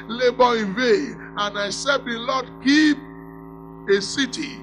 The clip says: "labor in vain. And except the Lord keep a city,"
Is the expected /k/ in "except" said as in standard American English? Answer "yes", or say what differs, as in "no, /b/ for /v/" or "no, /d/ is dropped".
no, /k/ is dropped